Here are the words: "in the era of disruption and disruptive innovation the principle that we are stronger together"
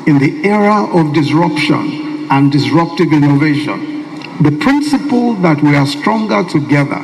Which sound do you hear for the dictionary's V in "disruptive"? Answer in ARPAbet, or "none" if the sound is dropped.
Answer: V